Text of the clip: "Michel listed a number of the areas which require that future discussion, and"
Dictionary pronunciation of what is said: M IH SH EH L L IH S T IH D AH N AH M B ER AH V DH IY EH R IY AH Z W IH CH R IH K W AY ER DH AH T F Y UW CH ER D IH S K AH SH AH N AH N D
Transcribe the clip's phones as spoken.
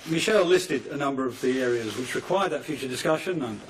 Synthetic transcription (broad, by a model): M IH SH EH L L IH S T IH D AH N AH M B ER AH V DH IY EH R IY AH Z W IH CH R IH K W AY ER DH AH T F Y UW CH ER D IH S K AH SH AH N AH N